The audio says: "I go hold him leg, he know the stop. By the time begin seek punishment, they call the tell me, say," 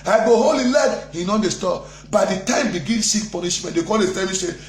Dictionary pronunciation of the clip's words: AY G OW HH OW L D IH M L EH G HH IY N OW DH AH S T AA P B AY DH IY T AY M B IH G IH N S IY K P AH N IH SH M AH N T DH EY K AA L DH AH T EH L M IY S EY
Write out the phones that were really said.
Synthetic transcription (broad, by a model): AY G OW HH OW L IH L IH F HH IY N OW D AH S T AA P B AY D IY T AY M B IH G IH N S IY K P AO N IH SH M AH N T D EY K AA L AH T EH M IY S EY